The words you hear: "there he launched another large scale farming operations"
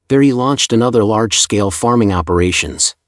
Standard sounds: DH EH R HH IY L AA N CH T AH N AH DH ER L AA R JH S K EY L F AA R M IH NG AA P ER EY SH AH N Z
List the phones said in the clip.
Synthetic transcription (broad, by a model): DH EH R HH IY L AA N CH T AH N AH DH ER L AA R JH S K EY L F AA R M IH NG AA P ER EY SH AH N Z